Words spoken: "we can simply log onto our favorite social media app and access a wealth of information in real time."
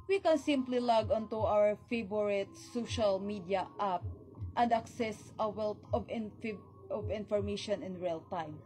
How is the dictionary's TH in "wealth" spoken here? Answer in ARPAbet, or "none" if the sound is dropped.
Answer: F